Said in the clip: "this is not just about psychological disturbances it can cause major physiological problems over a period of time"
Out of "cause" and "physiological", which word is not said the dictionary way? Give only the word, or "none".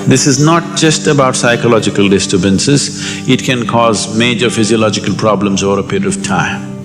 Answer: none